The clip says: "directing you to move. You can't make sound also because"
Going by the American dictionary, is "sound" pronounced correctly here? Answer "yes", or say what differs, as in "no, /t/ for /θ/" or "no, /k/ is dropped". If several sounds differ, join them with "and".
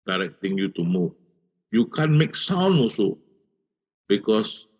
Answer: no, /d/ is dropped